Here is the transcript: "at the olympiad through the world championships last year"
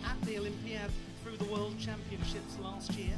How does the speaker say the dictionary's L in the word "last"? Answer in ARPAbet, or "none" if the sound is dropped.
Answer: L